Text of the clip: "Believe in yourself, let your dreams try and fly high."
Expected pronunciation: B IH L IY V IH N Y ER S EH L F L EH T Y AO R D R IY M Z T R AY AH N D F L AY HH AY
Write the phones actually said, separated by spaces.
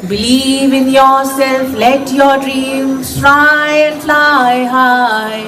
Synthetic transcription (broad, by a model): B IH L IY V IH N Y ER S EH L F L EH T Y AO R D R IY M S T R AY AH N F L AY HH AY